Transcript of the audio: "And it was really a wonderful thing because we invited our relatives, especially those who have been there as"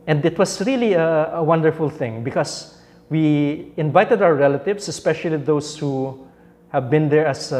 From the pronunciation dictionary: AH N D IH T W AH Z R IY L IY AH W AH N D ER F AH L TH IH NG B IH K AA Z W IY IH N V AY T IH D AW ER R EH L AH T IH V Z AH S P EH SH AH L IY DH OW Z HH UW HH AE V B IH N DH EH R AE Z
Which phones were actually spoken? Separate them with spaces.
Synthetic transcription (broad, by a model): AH N D IH T W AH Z R IY L IY AH W AH N D ER F AH L TH IH NG B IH K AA S W IY IH N V AY T IH D AW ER R EH L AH T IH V S AH S P EH SH AH L IY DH OW S HH UW HH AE V B IH N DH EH R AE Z